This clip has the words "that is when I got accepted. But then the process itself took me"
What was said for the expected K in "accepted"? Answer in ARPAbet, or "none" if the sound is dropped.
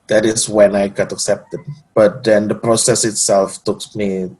K